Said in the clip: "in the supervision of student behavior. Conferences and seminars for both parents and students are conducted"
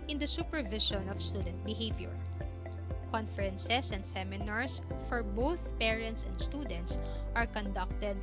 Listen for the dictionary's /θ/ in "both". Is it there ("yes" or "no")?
yes